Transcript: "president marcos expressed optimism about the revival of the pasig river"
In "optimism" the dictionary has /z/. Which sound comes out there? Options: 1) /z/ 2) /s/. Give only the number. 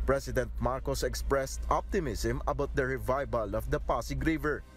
2